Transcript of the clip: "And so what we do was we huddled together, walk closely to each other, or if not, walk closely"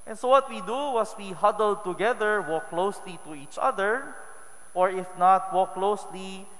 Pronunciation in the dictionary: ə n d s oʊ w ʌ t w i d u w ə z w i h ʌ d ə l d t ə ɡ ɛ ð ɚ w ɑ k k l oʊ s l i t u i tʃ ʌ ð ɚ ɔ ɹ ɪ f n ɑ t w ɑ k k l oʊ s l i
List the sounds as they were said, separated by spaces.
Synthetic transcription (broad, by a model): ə n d s oʊ w ʌ t w i d u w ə s w i h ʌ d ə l d t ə ɡ ɛ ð ɚ w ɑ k k l oʊ s l i t u i tʃ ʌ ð ɚ ɔ ɹ ɪ f n ɑ t w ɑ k k l oʊ s l i